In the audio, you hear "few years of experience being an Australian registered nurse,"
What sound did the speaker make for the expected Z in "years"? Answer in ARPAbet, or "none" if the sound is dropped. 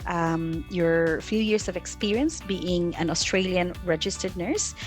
S